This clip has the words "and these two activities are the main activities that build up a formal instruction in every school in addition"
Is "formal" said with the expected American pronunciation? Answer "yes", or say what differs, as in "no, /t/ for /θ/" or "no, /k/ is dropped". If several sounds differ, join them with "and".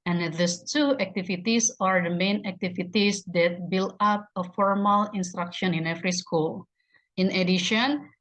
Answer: yes